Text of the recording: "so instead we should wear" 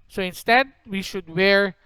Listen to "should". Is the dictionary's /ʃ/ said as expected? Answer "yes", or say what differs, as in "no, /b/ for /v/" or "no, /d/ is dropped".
yes